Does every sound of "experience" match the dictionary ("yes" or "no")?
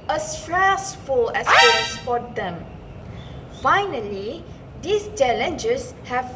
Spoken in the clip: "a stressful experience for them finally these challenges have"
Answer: no